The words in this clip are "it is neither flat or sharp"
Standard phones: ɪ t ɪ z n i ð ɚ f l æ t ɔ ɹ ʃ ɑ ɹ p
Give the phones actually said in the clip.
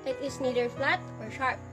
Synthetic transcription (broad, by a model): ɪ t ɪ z n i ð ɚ f l æ t ɔ ɹ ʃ ɑ ɹ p